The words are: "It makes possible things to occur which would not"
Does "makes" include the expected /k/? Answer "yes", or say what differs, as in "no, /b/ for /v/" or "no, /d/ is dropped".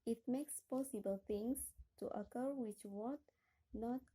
yes